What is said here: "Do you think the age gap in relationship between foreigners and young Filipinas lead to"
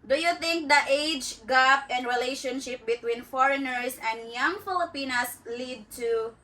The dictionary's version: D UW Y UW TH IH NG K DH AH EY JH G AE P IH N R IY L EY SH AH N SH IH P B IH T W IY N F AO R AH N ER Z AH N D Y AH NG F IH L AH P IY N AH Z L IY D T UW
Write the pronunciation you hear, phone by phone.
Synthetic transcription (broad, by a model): D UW Y UW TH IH NG K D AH EY JH G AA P IH N R IY L EY SH AH N SH IH P B IH T W IY N F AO R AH N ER S AH N D Y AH NG F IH L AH P IY N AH S L IY D T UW